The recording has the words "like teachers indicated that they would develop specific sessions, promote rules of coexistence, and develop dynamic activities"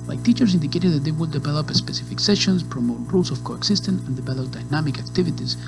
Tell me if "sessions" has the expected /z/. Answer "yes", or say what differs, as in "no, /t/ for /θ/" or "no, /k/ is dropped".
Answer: no, /s/ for /z/